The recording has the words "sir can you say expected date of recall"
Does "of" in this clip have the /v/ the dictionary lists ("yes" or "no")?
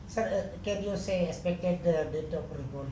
no